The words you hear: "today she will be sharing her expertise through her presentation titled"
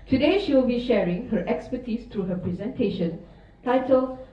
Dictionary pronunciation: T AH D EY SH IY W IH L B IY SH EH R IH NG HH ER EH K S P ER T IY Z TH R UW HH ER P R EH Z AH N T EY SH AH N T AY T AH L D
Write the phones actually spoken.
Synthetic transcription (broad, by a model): T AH D EY SH IY W IH L B IY SH EH R IH NG HH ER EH K S P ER T IY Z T R UW HH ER P R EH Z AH N T EY SH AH N T AY T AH L